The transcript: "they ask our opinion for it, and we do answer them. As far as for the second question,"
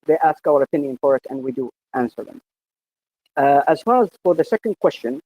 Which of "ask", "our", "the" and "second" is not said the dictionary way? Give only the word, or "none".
none